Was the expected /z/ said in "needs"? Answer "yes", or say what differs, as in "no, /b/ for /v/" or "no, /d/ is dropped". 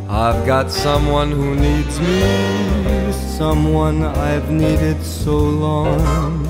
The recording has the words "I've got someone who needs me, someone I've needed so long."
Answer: yes